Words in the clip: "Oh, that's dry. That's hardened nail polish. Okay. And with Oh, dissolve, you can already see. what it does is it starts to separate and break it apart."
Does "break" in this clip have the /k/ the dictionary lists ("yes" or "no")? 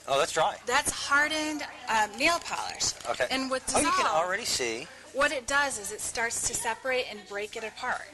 yes